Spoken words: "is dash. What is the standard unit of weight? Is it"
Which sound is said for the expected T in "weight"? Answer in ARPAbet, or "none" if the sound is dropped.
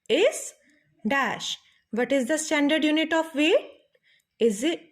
none